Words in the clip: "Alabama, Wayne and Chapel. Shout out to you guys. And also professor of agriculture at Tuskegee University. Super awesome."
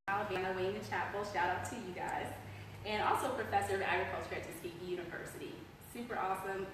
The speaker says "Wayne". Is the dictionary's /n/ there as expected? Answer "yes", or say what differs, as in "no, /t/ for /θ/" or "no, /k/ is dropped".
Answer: no, /n/ is dropped